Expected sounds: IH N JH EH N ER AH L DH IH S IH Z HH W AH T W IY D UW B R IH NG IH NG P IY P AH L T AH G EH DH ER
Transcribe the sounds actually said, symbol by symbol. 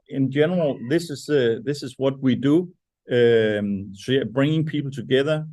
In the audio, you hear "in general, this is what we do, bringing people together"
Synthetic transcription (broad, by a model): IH N JH EH N ER AH L DH IH S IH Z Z W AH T W IY D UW B R IH NG IH NG P IY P L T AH G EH DH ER